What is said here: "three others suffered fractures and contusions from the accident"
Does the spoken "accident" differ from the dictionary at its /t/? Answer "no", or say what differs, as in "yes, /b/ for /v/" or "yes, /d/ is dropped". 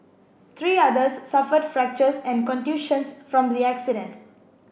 no